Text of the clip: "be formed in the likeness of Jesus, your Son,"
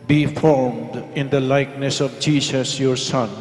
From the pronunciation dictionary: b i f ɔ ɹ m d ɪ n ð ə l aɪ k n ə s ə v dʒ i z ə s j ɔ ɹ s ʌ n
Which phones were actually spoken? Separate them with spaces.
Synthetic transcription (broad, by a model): b i f ɔ ɹ m d ɪ n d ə l aɪ k n ə s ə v dʒ i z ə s j ɔ ɹ s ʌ n